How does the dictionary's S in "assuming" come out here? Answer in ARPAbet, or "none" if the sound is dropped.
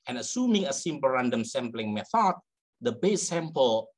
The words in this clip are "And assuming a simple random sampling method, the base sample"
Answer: S